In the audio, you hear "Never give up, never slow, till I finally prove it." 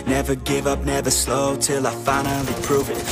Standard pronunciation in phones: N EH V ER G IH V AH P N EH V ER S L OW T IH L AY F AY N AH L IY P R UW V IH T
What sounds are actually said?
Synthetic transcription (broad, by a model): N EH V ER G IH V AH P N EH V ER S L OW T IH L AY F AY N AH L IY P R UW V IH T